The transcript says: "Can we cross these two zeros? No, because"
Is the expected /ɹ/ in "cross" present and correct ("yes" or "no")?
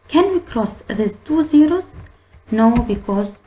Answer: yes